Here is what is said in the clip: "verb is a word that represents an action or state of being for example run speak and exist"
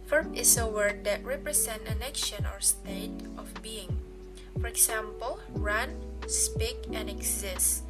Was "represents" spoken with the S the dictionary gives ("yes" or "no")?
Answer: no